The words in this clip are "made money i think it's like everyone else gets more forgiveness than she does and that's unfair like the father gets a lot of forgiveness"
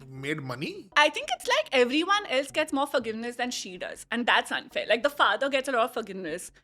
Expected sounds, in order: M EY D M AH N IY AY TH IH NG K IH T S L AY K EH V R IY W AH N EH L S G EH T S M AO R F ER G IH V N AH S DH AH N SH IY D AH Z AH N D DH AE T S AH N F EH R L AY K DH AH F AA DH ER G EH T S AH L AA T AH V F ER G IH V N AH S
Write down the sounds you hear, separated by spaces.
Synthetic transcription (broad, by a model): M EY D M AH N IY AY T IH NG K IH T S L AY K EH V R IY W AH N EH L S G EH T S M AO R F ER G IH V N AH S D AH N SH IY D AH Z AH N D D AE T S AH N F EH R L AY K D AH F AA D ER G EH T S AH L AA T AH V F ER G IH V N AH S